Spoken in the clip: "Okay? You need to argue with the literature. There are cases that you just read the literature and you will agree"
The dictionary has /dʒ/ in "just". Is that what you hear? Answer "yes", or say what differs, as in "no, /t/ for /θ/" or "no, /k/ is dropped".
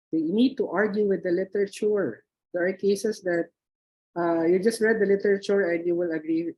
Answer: yes